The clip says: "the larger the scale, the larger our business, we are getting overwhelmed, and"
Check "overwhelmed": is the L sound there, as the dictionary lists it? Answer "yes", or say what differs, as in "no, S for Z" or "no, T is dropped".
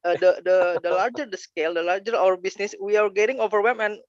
no, L is dropped